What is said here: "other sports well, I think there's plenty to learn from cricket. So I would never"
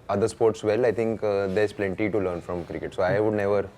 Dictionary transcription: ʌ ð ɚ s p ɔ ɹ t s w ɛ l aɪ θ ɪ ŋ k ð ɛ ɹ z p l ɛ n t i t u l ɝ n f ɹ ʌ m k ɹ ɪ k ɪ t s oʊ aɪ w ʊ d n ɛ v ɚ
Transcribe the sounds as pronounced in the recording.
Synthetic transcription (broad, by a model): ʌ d ɚ s p ɔ ɹ t s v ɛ l aɪ t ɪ ŋ k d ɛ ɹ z p l ɛ n t i t u l ɝ n f ɹ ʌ m k ɹ ɪ k ɪ t s oʊ aɪ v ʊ d n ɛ v ɚ